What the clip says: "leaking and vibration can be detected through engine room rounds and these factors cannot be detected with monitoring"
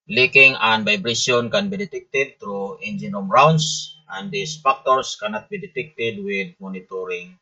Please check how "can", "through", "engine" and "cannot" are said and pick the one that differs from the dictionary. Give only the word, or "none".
through